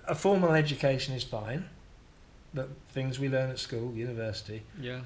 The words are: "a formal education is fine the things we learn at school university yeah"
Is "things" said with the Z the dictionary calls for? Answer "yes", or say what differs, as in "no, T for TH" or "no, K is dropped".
yes